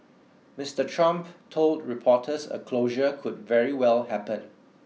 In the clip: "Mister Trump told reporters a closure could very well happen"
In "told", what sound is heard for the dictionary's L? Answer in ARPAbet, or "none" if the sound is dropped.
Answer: L